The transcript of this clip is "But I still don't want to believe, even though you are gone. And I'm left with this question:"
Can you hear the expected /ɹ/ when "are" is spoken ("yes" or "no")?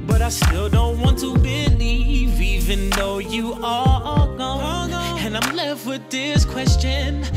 no